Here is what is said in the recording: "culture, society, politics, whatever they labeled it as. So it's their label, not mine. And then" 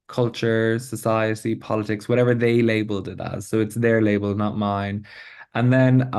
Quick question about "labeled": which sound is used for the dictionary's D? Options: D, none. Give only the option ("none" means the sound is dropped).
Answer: D